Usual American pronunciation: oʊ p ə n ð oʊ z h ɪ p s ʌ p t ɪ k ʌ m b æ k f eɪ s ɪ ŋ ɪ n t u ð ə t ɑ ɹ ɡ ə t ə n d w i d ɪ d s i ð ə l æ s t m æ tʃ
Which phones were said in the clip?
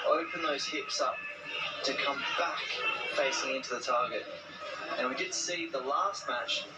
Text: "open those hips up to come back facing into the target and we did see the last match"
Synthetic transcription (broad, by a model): oʊ p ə n ð oʊ z h ɪ p s ʌ p t ɪ k ʌ m b æ k f eɪ s ɪ ŋ ɪ n t u ð ə t ɑ ɹ ɡ ə t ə n w i d ɪ d s i ð ə l æ s t m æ tʃ